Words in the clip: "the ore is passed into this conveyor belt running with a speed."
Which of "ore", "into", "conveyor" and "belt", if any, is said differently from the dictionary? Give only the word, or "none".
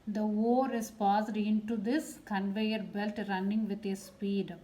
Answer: none